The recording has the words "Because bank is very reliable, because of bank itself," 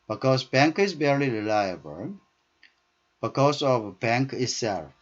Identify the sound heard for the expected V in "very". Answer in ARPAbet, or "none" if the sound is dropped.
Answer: B